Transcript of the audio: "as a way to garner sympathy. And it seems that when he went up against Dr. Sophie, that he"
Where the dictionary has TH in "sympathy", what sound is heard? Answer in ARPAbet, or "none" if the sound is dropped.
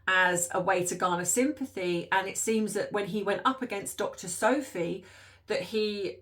TH